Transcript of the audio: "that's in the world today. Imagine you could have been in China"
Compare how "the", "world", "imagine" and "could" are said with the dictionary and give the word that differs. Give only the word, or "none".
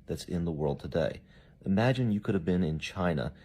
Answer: none